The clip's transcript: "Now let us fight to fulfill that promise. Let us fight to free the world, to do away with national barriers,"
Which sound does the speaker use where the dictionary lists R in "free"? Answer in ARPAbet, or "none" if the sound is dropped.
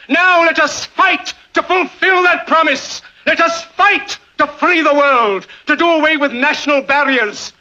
L